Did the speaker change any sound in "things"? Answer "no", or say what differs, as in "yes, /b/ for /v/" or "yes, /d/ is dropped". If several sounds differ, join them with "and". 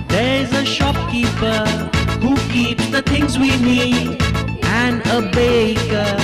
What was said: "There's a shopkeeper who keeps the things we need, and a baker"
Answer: no